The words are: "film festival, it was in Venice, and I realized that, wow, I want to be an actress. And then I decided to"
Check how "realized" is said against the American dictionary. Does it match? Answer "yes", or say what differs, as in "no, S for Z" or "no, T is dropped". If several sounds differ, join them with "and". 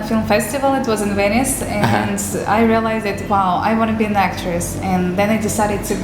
yes